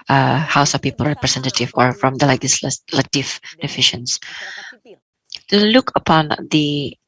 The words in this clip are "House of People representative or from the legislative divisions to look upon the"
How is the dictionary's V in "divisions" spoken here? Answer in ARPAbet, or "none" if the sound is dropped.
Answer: F